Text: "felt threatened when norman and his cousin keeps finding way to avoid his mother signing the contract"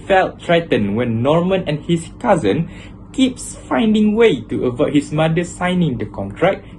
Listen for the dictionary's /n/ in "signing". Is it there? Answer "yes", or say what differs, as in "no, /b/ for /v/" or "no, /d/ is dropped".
yes